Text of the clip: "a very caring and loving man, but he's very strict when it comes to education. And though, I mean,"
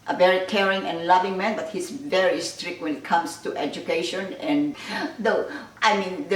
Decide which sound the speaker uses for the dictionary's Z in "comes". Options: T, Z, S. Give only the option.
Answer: S